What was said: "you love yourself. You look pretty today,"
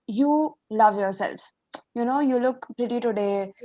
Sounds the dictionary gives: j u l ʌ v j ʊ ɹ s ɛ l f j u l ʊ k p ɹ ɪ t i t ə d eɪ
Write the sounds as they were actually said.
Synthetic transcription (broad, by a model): j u l ʌ v j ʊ ɹ s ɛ l f j u l ʊ k p ɹ ɪ t i t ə d eɪ